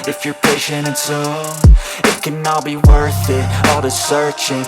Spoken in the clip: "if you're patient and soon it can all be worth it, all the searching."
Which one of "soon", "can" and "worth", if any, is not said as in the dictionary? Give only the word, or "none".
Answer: soon